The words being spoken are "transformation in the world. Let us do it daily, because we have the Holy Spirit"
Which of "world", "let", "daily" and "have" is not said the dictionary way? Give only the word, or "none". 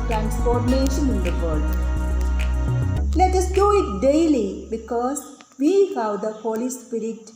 world